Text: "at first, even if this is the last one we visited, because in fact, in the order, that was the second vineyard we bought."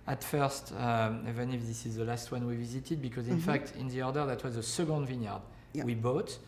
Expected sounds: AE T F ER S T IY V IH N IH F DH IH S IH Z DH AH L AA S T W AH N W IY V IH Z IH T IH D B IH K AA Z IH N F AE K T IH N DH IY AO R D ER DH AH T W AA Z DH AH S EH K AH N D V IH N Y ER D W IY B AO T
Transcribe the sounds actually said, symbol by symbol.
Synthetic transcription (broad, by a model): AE T F ER S T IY V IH N IH F DH IH S IH Z DH AH L AA S T W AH N W IY V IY Z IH T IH D B IH K AA Z IH N F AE K T IH N DH IY AO R D ER DH AH T W AA Z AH S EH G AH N D V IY N Y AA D W IY B AO T